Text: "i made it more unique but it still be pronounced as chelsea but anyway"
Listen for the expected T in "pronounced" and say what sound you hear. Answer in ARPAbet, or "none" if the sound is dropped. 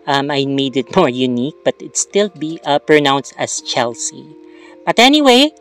T